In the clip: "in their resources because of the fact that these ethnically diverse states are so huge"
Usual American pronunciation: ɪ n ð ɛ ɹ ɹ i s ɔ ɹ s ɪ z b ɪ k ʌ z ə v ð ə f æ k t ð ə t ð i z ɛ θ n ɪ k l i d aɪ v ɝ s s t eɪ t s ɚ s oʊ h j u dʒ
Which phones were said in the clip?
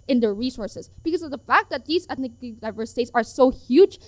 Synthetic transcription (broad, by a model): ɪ n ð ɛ ɹ ɹ i s ɔ ɹ s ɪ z b ɪ k ʌ z ə v ð ə f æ k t ð ə t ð i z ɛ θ n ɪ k n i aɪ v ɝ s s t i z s ɚ s oʊ h j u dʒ